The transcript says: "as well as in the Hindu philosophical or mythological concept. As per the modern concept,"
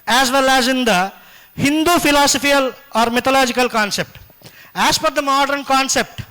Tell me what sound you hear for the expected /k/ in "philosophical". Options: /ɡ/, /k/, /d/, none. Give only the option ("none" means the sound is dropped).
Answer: none